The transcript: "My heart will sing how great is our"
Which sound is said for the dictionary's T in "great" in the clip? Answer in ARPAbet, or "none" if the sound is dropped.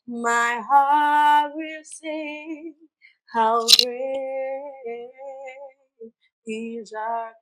none